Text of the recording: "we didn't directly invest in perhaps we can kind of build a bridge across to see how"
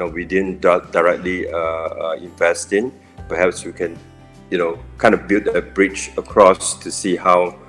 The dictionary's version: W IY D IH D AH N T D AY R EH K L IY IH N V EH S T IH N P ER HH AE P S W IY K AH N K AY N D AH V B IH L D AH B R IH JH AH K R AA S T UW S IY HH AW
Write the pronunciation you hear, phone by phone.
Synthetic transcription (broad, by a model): W IY D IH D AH N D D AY R EH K L IY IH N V EH S T IH N P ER HH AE P S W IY K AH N K AY N D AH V B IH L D AH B R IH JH AH K R AA S T UW S IY HH AW